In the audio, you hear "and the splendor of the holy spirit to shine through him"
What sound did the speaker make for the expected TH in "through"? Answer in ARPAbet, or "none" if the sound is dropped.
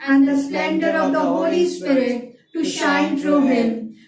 T